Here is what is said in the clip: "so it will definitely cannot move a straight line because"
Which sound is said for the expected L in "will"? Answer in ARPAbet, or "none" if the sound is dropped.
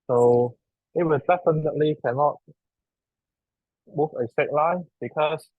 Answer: N